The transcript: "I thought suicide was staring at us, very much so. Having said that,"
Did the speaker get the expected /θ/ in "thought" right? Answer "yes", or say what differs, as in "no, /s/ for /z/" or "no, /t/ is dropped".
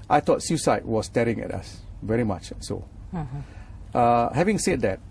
no, /t/ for /θ/